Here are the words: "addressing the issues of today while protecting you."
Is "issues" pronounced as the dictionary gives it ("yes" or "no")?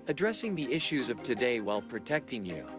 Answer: yes